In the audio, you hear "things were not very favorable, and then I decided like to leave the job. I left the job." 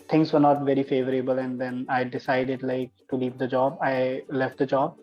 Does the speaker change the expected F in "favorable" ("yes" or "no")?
no